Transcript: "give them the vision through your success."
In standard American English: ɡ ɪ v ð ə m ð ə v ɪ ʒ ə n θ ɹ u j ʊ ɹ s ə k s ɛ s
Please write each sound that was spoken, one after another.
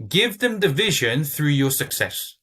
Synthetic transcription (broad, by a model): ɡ ɪ v ð ə m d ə v ɪ ʒ ə n θ ɹ u j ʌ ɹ s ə k s ɛ s